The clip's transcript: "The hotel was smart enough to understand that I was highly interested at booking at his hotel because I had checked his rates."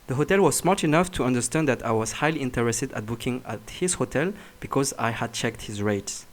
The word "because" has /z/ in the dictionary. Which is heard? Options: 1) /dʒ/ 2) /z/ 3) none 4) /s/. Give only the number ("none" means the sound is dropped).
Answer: 2